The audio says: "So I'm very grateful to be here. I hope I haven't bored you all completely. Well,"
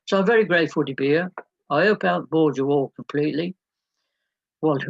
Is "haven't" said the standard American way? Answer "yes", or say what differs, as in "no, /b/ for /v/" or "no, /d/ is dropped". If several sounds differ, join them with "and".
no, /v/ is dropped